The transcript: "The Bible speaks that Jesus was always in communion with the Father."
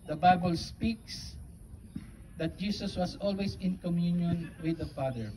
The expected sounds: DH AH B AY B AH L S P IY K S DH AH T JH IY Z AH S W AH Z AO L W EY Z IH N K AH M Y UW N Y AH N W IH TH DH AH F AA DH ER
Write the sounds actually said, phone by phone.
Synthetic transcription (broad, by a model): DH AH B AY B AH L S P IY K S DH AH T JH IY S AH S W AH S AO L W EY S IH N K AH M Y UW N Y AH N W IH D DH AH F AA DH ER